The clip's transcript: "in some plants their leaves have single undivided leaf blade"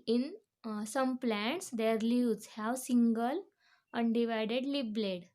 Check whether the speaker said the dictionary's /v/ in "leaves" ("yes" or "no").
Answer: no